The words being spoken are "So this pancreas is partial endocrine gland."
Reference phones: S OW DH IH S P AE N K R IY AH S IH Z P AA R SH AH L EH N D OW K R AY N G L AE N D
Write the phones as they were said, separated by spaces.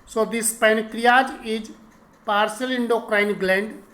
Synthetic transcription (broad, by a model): S OW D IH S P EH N K R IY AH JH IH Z P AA R S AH L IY N D OW K R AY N G L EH N D